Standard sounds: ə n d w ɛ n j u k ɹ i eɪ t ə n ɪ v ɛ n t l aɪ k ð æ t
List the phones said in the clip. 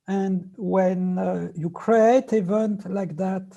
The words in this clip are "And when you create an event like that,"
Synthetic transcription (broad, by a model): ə n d w ɛ n j u k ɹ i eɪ ə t ɪ v ɛ n t l aɪ k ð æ t